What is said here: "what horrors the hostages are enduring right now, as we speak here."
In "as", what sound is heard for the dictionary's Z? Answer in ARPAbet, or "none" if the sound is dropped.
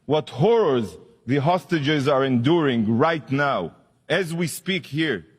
Z